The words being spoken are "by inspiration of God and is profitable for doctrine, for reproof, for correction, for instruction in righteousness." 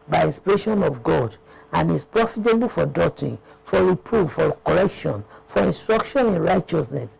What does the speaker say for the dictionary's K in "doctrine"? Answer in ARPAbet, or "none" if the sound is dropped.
none